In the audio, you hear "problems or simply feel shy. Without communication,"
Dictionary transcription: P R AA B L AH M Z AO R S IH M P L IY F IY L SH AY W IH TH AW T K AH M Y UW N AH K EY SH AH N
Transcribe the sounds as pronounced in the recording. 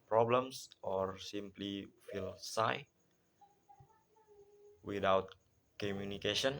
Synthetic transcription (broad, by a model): P R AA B L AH M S AO R S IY M P L IY F IY L S AY W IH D AW T K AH M Y UW N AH K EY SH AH N